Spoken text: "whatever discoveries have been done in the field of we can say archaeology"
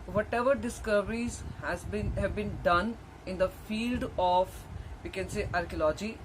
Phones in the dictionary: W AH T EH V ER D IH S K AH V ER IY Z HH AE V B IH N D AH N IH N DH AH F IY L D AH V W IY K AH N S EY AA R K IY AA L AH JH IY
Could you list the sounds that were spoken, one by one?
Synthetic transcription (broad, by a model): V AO T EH V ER D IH S K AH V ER IY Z HH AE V B IH N D AH N IH N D AH F IY L D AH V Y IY K AH N S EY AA R K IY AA L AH JH IY